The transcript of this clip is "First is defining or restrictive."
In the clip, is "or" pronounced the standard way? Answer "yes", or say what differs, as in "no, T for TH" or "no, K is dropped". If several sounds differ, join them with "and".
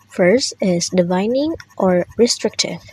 yes